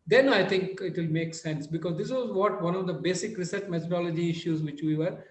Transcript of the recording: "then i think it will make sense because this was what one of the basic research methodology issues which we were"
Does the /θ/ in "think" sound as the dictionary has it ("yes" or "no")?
no